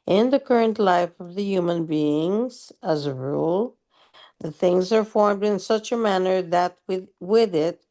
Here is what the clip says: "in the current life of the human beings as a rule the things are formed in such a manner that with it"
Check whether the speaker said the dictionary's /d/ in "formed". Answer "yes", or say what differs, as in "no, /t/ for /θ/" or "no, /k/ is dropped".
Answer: yes